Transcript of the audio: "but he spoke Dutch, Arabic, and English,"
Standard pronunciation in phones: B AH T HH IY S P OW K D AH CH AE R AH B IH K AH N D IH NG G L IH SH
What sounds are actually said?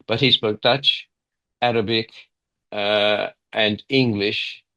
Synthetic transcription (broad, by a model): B AH T HH IY S P OW K D AH CH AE R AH B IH K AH N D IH NG G L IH SH